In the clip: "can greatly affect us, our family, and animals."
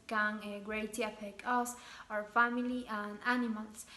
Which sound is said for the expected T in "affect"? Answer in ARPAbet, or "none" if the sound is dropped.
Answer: none